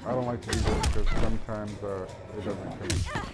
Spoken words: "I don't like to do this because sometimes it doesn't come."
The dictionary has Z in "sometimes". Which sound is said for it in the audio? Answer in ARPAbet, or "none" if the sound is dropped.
Z